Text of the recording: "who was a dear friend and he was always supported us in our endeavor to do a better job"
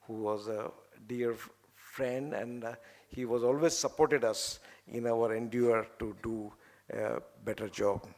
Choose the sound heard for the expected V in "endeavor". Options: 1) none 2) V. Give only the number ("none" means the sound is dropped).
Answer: 1